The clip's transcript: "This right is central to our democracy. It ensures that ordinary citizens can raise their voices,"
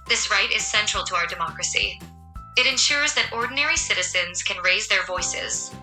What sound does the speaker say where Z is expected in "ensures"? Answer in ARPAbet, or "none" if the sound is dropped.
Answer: Z